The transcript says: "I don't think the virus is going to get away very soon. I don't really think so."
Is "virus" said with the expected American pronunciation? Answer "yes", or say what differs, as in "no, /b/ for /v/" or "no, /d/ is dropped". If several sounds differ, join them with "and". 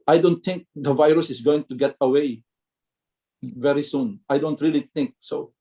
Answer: yes